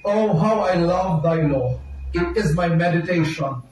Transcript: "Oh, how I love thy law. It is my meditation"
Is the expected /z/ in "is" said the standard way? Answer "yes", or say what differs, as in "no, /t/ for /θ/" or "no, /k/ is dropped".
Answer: yes